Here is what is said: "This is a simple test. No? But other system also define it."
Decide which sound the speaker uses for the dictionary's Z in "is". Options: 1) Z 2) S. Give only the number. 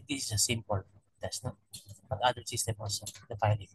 2